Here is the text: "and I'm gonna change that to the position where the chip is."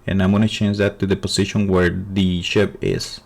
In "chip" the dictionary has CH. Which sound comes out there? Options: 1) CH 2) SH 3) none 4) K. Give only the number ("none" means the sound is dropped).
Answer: 2